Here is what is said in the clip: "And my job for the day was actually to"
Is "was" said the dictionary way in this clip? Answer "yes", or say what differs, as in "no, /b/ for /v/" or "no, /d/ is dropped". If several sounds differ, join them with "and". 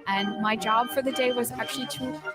yes